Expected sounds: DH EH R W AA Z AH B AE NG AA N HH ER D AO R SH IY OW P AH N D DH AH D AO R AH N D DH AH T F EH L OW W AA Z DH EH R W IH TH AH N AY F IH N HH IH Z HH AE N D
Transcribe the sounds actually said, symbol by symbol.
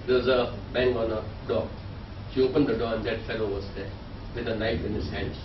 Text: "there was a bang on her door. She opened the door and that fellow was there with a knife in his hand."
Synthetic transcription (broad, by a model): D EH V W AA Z AH B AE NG AA N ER D AO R SH IY OW P AH N D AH D AO R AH N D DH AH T F EH L OW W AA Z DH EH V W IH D AH N AY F IH N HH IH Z HH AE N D